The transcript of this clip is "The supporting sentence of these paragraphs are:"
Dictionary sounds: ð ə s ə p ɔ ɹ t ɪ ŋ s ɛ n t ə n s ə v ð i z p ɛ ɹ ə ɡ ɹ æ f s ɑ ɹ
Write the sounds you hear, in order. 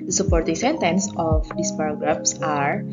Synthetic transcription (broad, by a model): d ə s ə p ɔ ɹ t ɪ ŋ s ɛ n t ə n s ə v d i s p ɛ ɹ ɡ ɹ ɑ p s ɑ ɹ